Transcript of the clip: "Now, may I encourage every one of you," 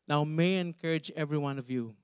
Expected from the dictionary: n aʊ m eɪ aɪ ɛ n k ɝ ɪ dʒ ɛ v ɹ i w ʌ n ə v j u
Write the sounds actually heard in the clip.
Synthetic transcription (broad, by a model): n aʊ m eɪ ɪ ɛ n k ɝ ɪ dʒ ɛ v ɹ i w ʌ n ə v j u